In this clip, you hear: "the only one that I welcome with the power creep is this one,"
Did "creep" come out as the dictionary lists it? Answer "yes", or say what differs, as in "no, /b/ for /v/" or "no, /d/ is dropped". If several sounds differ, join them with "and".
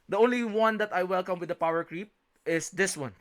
yes